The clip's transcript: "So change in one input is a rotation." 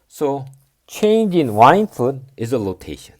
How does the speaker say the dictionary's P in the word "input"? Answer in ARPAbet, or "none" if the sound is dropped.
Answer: F